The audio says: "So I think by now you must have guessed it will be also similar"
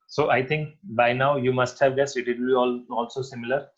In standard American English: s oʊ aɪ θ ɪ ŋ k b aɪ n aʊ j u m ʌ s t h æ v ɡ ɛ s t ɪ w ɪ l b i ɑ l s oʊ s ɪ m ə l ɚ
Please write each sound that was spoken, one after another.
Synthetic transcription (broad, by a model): s oʊ aɪ t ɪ ŋ k b aɪ n aʊ j u m ʌ s t h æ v ɡ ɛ s ɪ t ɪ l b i ɑ l s oʊ s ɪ m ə l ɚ